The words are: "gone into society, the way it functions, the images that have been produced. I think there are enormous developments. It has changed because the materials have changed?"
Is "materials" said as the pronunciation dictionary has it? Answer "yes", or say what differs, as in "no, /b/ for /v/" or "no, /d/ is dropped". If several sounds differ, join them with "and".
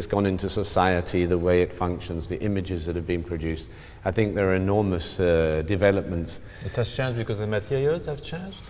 no, /ɹ/ is dropped and /l/ is dropped